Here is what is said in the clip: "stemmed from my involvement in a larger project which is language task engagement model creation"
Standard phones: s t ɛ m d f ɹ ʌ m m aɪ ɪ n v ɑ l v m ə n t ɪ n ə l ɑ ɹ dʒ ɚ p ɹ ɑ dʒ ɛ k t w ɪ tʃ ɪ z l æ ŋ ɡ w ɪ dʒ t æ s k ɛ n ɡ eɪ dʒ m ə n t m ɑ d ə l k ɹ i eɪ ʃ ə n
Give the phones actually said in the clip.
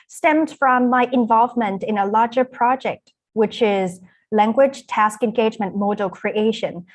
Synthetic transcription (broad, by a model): s t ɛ m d f ɹ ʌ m m aɪ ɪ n v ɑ l v m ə n t ɪ n ə l ɑ ɹ dʒ ɚ p ɹ ɑ dʒ ɛ k t w ɪ tʃ ɪ z l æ ŋ ɡ w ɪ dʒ t æ s k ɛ n ɡ eɪ dʒ m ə n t m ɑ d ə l k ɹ i eɪ ʃ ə n